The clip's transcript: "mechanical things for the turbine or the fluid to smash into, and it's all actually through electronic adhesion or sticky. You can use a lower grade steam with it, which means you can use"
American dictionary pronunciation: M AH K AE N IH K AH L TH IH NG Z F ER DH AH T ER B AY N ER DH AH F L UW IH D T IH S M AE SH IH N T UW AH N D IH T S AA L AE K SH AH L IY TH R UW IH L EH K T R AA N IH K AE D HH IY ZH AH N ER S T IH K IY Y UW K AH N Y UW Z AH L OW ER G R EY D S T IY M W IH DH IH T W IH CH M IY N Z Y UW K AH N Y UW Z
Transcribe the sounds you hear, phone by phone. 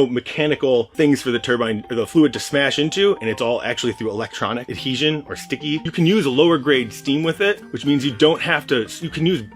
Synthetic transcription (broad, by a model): M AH K AE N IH K L TH IH NG Z F ER DH AH T ER B AY N DH AH F L UW IH D T IH S M AE SH IH N T UW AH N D IH T S AA L AE K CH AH L IY TH R UW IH L EH K T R AA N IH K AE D HH IY ZH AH N ER S T IH K IY Y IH K AH N Y UW Z AH L OW ER G R EY D S T IY M W IH DH IH T W IH CH M IY N Z Y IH K AH N Y UW Z